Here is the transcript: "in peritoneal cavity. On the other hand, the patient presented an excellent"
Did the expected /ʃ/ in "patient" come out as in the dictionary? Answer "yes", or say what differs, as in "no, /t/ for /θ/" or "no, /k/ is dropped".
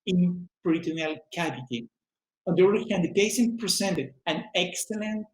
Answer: no, /s/ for /ʃ/